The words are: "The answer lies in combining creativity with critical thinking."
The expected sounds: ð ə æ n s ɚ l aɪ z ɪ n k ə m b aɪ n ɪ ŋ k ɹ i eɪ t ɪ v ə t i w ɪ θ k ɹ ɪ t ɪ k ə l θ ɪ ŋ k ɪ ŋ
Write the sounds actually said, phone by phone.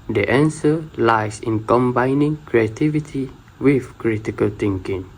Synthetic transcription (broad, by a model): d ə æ n s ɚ l aɪ s ɪ n k ə m b aɪ n ɪ ŋ k ɹ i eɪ t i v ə t i w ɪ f k ɹ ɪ t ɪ k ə l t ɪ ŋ k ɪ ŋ